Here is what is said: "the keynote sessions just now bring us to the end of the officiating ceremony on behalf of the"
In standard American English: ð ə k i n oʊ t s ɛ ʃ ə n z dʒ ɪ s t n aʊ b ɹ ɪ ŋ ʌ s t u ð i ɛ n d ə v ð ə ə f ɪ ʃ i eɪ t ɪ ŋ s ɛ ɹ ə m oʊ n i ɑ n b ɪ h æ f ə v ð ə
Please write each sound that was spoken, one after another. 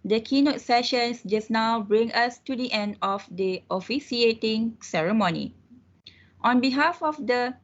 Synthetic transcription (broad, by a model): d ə k i n oʊ t s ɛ ʃ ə n s dʒ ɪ s n aʊ b ɹ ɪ ŋ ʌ s t u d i ɛ n d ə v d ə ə f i s i eɪ t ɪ ŋ s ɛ ɹ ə m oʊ n i ɑ n b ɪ h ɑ f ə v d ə